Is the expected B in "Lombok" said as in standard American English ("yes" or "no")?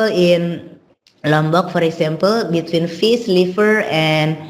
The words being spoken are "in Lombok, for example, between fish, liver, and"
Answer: yes